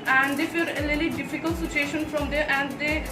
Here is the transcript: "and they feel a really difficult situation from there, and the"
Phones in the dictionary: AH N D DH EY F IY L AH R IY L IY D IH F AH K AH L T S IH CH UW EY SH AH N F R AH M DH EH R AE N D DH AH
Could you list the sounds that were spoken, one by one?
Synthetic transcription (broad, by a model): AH N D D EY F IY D AH L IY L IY D IH F AH K AH L T S IH CH UW EY SH AH N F R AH M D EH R AE N D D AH